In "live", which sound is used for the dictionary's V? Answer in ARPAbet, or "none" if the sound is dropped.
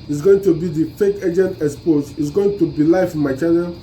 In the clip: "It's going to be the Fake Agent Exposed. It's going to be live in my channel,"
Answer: F